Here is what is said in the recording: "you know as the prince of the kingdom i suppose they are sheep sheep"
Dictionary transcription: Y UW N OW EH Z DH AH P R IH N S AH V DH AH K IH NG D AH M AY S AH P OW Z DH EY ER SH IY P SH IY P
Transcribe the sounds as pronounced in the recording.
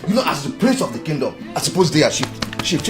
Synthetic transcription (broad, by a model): Y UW N OW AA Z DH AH P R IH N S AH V DH AH K IH NG D AH M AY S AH P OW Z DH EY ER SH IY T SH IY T